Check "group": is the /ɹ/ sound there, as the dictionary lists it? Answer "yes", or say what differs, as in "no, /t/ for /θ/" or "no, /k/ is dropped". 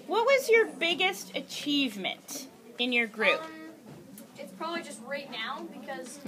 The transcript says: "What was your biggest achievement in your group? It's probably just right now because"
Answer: yes